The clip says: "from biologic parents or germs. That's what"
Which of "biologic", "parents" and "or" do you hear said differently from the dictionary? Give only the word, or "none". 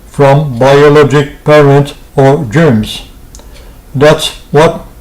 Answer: none